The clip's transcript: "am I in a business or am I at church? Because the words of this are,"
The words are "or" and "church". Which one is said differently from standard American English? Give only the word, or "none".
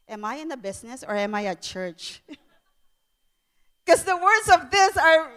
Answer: none